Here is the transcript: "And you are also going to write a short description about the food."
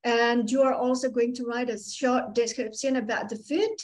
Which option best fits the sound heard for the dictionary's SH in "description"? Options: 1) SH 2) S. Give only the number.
2